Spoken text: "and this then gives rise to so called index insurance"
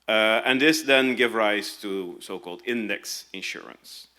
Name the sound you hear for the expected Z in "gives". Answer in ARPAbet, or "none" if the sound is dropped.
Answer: none